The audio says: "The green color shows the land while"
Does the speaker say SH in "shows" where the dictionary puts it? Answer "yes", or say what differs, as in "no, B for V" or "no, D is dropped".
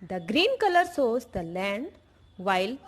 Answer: no, S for SH